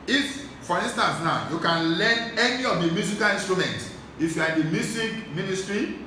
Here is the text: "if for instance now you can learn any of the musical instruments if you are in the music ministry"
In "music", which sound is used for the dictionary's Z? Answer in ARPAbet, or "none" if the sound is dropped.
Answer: S